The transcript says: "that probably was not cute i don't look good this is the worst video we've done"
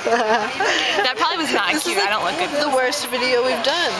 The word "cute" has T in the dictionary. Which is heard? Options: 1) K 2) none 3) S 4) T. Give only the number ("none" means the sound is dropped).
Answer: 2